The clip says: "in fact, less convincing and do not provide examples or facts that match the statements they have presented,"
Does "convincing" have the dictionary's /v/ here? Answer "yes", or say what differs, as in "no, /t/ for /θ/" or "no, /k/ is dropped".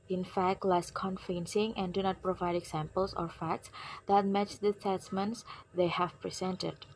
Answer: no, /f/ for /v/